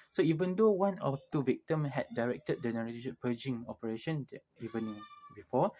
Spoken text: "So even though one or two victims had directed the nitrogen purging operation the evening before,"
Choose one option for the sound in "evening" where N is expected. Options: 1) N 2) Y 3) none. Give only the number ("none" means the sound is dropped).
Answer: 3